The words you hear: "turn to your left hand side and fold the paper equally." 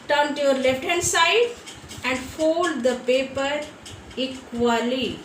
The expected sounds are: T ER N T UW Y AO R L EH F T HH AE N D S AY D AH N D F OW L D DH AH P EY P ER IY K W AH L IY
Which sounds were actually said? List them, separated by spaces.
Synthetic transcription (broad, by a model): T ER N T UW Y AO R L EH T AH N S AY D AH N D F OW L D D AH P EY P ER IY K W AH L IY